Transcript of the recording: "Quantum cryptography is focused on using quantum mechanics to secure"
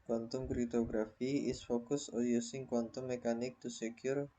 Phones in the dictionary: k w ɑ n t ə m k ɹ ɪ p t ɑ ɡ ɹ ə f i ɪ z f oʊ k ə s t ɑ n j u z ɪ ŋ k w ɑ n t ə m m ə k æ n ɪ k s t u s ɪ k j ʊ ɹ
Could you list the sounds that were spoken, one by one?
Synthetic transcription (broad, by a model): k w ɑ n t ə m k ɹ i t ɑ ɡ ɹ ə f i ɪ s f oʊ k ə s ɑ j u s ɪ ŋ k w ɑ n t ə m m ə k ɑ n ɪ k t u s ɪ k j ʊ ɹ